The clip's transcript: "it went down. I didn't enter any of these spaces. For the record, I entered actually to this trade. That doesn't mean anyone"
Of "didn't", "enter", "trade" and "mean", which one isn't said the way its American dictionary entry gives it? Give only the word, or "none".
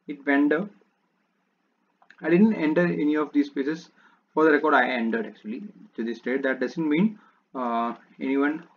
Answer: trade